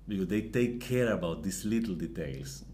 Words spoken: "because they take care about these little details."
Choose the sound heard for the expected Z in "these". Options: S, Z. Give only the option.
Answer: S